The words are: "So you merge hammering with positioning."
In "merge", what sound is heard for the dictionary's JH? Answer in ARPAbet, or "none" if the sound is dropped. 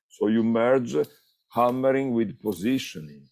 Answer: JH